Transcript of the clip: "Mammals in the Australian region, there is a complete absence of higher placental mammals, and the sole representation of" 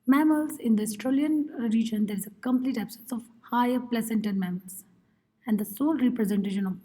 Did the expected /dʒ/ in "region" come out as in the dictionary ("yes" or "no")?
yes